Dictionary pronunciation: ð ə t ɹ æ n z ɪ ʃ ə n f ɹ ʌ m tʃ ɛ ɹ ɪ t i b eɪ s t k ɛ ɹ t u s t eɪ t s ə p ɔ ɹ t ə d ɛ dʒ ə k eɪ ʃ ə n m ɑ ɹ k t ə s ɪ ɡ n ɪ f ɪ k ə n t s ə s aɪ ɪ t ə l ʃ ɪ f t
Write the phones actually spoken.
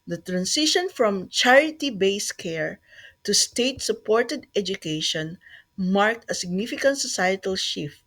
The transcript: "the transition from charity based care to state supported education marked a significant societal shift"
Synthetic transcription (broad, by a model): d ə t ɹ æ n s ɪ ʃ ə n f ɹ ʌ m tʃ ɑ ɹ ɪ t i b eɪ s k ɛ ɹ t u s t eɪ t s ə p ɔ ɹ t ə d ɛ dʒ ə k eɪ ʃ ə n m ɑ ɹ k t ə s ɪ ɡ n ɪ f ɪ k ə n t s ə s aɪ ɪ t ə l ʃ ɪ f t